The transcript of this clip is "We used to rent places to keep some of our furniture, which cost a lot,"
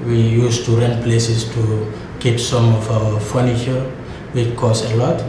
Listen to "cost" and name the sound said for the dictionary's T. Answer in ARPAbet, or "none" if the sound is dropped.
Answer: none